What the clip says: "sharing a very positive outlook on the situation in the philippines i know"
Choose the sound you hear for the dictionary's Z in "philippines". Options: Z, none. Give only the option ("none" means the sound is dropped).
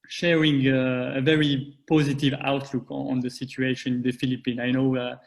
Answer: none